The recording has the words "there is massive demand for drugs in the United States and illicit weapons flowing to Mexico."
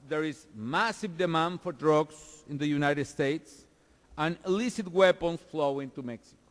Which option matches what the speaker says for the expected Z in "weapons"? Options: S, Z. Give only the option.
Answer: S